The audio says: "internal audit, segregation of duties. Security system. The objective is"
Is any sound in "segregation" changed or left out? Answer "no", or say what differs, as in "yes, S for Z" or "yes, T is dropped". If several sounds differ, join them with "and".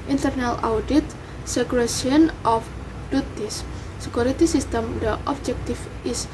yes, SH is dropped